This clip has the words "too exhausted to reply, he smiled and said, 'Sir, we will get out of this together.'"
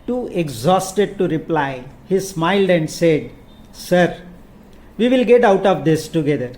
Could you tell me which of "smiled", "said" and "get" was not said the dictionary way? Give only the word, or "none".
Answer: none